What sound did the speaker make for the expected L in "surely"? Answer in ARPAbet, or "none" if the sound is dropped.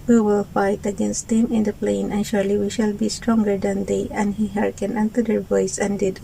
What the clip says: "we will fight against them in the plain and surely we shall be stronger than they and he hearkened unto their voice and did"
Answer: L